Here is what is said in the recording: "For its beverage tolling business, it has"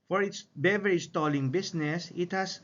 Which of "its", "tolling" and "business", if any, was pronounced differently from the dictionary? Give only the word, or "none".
business